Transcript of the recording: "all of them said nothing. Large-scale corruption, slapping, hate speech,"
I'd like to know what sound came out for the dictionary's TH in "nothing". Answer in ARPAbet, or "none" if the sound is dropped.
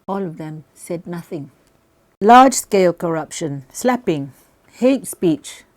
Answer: TH